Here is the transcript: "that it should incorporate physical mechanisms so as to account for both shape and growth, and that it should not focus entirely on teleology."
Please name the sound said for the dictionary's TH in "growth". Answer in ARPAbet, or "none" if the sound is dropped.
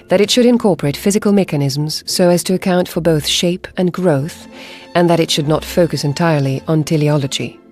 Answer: TH